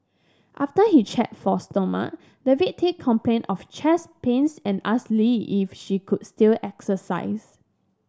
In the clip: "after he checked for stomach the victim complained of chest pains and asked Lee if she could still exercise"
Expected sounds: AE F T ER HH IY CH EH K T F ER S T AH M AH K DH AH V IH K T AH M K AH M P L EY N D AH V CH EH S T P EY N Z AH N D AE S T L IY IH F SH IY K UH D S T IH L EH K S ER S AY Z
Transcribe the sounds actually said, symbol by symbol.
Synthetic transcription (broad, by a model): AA F T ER HH IY CH EH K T F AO S T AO M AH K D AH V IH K T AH K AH M P L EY N AH F CH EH S P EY N S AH N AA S L IY IH F SH IY K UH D S T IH L EH K S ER S AY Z